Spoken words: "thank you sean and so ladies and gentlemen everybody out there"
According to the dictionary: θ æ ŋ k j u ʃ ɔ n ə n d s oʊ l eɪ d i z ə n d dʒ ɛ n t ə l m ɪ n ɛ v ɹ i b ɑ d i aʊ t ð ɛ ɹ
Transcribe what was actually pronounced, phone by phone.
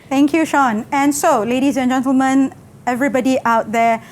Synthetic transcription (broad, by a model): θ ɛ ŋ k j u ʃ ɔ n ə n s oʊ l eɪ d i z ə n dʒ ɛ n t ə l m ɪ n ɛ v ɹ i b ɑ d i aʊ t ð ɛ